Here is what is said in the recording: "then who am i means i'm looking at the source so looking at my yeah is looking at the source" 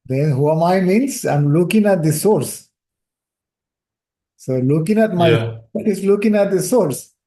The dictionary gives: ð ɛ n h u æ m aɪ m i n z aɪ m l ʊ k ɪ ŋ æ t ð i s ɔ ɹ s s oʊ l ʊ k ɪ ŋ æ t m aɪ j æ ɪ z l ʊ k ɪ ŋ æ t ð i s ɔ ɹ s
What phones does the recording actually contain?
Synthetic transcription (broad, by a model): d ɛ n h u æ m aɪ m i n s aɪ m l ʊ k ɪ ŋ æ t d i s ɔ ɹ s s oʊ l ʊ k ɪ ŋ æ t m aɪ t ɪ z l ʊ k ɪ ŋ æ t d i s ɔ ɹ s